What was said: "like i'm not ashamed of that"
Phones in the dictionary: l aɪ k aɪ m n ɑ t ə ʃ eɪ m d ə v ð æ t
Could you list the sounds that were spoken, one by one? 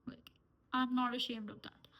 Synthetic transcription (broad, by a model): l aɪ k aɪ m n ɑ t ə ʃ eɪ m d ə v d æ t